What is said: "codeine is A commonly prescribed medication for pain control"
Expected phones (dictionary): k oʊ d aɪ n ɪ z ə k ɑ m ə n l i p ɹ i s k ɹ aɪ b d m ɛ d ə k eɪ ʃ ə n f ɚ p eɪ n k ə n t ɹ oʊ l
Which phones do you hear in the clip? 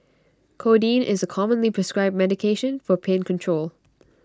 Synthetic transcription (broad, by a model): k oʊ d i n ɪ z ə k ɑ m ə n l i p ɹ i s k ɹ aɪ b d m ɛ d ə k eɪ ʃ ə n f ɚ p eɪ n k ə n t ɹ oʊ l